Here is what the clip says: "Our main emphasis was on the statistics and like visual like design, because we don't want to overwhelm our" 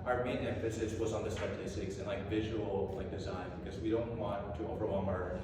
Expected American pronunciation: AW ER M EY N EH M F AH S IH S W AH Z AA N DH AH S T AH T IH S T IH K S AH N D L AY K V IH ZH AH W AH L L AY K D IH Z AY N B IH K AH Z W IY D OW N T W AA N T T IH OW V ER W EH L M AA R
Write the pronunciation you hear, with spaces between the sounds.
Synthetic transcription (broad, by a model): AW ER M EY N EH F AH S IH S W AH Z N DH AH S T AH T IH S T IH K S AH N L AY K V IH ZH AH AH L L AY K D IH Z AY N B IH K AH Z W IY D OW N T W AA N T T IH OW V ER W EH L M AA R